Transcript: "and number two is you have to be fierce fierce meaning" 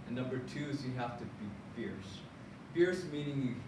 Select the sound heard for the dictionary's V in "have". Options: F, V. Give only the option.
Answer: F